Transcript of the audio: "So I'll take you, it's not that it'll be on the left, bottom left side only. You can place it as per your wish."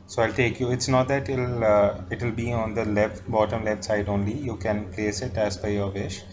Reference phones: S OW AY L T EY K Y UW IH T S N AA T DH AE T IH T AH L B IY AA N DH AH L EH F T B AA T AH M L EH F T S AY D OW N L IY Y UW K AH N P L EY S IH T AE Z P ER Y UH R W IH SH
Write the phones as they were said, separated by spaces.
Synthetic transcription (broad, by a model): S OW AY L T EY K Y UW IH T S N AA T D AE T IH T AH L B IY AA N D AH L EH F T B AA T AH M L EH F T S AY D OW N L IY Y UW K AH N P L EY S IH T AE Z B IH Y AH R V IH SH